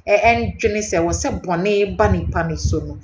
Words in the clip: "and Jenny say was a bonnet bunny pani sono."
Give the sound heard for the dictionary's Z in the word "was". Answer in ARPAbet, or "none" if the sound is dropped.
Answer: S